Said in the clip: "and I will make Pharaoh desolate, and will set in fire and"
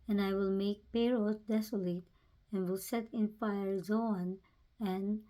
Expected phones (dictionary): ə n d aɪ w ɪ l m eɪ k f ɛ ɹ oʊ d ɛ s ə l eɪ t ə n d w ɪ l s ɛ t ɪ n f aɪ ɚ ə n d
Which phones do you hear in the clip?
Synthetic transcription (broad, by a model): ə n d aɪ w ɪ l m eɪ k p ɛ ɹ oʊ d ɛ s ə l eɪ t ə n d w ɪ l s ɛ t ɪ n f aɪ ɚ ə n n